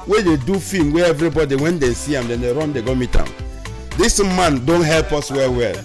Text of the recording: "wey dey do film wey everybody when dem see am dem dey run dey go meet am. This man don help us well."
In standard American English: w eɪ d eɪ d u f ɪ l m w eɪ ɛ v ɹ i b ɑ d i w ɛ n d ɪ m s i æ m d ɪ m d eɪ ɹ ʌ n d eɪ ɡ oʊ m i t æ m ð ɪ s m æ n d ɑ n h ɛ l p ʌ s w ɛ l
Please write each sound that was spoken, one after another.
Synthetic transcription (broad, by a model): w eɪ d eɪ d u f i m w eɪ ɛ v ɹ i b ɑ d i w ɛ n d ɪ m s i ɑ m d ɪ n d eɪ ɹ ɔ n d eɪ ɡ oʊ m i t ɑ m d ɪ s m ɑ n d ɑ n h ɛ l p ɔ s w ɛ l